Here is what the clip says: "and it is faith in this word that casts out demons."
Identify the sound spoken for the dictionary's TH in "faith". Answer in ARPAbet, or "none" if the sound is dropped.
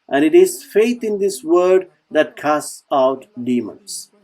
T